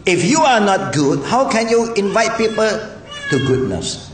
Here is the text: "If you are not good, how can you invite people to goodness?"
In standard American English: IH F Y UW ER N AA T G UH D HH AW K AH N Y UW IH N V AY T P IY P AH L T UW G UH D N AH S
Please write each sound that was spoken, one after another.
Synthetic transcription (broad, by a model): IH F Y UW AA N AA T G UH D HH AW K AH N Y UW IH N V AY T P IY P AH L T UW G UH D N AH S